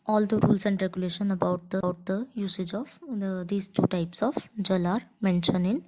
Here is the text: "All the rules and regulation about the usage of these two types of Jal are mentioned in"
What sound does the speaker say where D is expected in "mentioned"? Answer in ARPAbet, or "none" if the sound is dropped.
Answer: none